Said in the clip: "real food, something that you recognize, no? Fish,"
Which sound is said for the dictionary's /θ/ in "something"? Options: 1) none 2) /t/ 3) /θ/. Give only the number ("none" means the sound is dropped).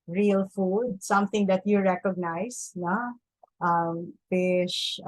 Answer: 2